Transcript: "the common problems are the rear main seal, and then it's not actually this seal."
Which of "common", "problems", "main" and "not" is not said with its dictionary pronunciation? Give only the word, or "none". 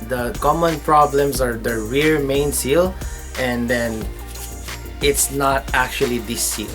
problems